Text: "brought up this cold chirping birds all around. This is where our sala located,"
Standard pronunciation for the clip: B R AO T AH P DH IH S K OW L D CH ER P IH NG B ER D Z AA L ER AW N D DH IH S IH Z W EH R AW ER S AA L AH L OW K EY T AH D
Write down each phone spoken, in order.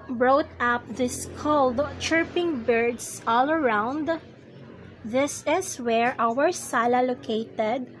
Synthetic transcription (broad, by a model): B R AO T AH P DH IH S K OW L D CH ER P IH NG B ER D S AA L ER AW N D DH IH S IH S W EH R AW ER S AA L AH L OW K EY T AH D